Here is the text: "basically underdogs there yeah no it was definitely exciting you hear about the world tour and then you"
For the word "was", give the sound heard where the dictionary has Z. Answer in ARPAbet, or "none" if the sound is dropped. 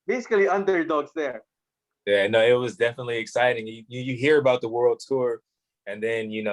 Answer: Z